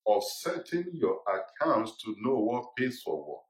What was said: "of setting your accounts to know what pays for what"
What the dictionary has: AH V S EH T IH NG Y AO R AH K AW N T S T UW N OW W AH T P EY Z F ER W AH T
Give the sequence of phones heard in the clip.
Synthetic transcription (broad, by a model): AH S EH T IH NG Y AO AH K AW N T S T UW N OW W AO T P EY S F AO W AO